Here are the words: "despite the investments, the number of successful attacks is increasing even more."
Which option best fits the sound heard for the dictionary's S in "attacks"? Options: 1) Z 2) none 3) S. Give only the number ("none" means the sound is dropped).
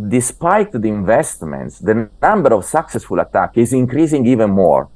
2